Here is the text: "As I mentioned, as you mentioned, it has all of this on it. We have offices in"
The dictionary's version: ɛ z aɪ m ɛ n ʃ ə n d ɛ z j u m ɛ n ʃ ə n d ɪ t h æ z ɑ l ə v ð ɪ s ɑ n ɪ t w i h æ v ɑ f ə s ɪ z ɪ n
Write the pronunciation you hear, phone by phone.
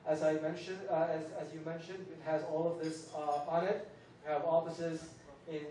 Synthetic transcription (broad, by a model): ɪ z aɪ m ɛ n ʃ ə n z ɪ z j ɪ m ɛ n ʃ ə n d ɪ t h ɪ z ɑ l ə v ð ɪ s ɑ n ɪ t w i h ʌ v ɑ f ə s ɪ z ɪ n